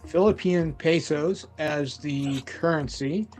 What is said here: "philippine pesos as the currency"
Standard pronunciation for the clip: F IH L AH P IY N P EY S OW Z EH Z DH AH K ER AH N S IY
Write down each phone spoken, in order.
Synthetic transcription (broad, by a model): F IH L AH P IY N P EY S OW Z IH Z DH AH K ER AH N S IY